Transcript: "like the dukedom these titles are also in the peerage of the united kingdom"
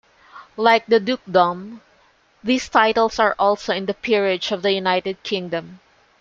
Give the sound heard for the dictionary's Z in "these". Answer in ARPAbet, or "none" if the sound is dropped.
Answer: S